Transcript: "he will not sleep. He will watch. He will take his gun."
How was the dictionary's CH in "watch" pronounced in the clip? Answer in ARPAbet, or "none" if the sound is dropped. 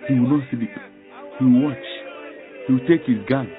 CH